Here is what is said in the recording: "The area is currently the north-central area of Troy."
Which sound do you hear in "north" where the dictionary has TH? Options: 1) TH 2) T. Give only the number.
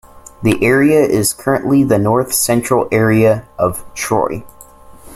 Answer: 1